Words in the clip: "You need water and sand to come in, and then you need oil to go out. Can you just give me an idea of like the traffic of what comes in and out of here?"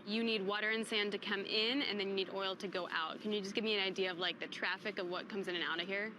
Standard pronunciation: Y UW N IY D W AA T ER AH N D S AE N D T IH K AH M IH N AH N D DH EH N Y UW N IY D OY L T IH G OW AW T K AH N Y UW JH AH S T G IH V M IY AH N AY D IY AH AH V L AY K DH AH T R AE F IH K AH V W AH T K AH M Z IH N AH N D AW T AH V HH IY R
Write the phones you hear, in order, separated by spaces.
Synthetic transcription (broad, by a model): Y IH N IY D W AA T ER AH N S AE N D T IH K AH M IH N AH N DH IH N Y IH N IY D OY L T IH G OW AW T K AH N Y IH JH AH S G IH V M IY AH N AY D IY AH AH V L AY K DH AH T R AE F IH K AH V W AH T K AH M Z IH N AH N AW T AH V HH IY R